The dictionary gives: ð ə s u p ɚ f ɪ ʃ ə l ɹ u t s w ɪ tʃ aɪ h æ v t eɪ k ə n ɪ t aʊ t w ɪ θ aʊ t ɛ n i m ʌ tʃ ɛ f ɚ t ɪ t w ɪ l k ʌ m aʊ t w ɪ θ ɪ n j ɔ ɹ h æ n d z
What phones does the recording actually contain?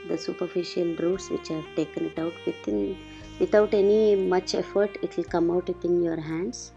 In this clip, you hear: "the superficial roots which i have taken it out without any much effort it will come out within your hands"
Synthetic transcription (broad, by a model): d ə s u p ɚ f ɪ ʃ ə l ɹ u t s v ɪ tʃ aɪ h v t eɪ k ə n ɪ t aʊ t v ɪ t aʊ t ɛ n i m ʌ tʃ ɛ f ɚ t ɪ t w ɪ l k ʌ m aʊ t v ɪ t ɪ n j ɔ ɹ h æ n d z